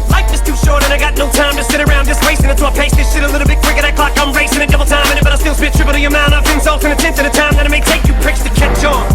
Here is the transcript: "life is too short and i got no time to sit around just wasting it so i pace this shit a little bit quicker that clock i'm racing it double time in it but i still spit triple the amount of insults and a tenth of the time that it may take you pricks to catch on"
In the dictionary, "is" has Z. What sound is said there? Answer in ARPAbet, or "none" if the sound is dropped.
S